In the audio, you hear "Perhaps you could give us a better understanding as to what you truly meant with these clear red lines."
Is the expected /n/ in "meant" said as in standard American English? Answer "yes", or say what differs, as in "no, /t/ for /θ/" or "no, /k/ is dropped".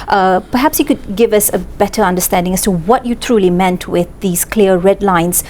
yes